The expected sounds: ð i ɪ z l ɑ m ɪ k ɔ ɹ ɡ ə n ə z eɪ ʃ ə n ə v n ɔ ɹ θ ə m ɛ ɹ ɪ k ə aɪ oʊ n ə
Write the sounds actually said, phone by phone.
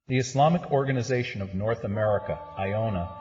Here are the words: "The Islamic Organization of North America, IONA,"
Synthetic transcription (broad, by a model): ð i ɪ s l ɑ m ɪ k ɔ ɹ ɡ ə n ə z eɪ ʃ ə n ə v n ɔ ɹ θ ə m ɛ ɹ ɪ k ə aɪ oʊ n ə